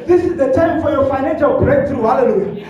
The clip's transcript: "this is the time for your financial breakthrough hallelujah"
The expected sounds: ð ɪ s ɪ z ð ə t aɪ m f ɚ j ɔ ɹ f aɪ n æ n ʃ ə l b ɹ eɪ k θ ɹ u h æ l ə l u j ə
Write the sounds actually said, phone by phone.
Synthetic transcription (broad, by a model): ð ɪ s ɪ z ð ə t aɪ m f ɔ j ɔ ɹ f aɪ n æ n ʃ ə l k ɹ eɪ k t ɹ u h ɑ l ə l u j